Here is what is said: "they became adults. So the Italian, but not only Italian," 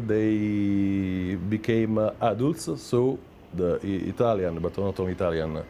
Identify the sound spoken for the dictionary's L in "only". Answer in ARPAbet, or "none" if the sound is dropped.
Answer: none